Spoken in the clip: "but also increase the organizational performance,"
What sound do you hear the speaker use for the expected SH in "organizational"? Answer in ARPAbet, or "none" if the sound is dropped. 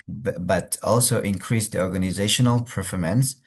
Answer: SH